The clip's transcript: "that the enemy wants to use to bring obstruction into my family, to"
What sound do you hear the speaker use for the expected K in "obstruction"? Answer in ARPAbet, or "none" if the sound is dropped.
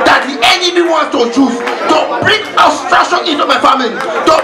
none